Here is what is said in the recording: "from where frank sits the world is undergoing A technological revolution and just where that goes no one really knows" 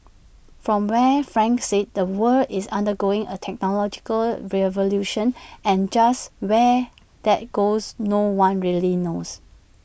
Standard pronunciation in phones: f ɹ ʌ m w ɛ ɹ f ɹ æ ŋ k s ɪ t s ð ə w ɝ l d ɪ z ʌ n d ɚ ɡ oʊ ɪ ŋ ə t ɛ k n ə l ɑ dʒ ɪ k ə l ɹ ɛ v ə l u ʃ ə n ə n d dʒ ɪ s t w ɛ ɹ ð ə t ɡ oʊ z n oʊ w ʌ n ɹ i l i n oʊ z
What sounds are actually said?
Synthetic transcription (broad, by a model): f ɹ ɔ m w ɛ f ɹ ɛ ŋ k s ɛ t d ə w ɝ d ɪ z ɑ n d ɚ ɡ oʊ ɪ ŋ ə t ɛ k n ə l ɑ dʒ ɪ k ə l ɹ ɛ v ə l u ʃ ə n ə n dʒ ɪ s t w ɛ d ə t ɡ oʊ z n oʊ w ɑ n ɹ i l i n oʊ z